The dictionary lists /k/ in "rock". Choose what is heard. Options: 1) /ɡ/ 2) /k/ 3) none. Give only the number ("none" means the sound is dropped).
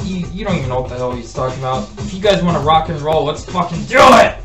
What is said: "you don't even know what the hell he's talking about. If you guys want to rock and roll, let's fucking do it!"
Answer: 2